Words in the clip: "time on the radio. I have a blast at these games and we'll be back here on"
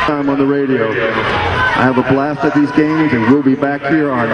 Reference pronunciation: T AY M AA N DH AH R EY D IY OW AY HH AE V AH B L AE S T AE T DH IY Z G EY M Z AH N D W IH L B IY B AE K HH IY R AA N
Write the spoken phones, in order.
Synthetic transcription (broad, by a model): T AY M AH N DH AH R EY D IY OW AY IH V AH B L AE S T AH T DH IY Z G EY M Z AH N W IH L B IY B AE K HH IY R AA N